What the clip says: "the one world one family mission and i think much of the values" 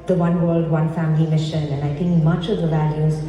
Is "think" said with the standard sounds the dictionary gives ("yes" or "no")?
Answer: no